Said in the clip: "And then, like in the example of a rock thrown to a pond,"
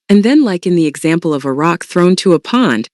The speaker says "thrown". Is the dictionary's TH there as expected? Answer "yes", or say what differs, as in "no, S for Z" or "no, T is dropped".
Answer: yes